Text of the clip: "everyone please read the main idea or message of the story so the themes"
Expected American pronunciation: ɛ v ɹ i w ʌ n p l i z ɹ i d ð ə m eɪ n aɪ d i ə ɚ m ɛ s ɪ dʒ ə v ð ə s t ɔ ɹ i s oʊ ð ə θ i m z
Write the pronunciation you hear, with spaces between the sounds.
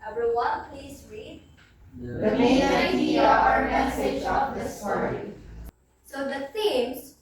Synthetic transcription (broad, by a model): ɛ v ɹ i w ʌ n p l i s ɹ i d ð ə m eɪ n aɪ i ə ɚ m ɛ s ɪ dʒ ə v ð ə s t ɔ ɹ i s oʊ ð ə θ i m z